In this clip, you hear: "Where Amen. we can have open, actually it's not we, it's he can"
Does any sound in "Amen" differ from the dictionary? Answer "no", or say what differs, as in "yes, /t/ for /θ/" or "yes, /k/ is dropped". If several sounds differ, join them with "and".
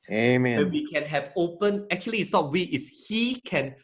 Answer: yes, /m/ is dropped